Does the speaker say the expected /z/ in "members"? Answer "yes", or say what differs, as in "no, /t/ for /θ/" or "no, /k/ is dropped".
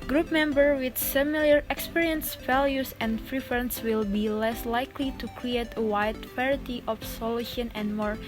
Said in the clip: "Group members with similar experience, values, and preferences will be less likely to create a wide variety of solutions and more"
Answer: no, /z/ is dropped